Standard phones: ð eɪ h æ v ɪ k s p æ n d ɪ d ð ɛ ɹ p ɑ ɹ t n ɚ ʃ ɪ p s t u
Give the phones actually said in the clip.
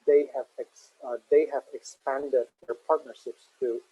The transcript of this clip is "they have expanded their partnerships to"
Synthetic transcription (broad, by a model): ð eɪ h æ v ɪ k s p æ n d ɪ d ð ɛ ɹ p ɑ ɹ t n ɚ ʃ ɪ p s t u